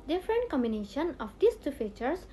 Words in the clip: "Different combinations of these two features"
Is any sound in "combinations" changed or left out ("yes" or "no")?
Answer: yes